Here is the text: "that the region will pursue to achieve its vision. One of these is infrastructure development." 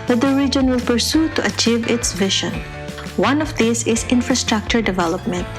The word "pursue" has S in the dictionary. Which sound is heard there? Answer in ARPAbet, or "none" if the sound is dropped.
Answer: S